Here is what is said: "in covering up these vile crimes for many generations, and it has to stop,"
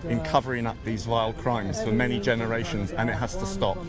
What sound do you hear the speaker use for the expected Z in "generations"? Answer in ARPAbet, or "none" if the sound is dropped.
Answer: Z